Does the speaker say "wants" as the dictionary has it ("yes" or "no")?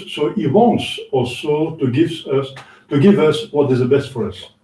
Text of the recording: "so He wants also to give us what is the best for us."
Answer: yes